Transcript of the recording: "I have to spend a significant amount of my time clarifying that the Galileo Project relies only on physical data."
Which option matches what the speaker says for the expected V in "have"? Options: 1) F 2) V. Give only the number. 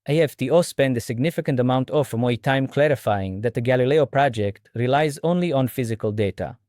1